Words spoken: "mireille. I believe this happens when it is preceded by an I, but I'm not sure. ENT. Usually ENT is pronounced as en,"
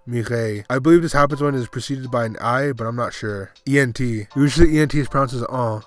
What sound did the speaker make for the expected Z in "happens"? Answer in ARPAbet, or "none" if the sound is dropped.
Z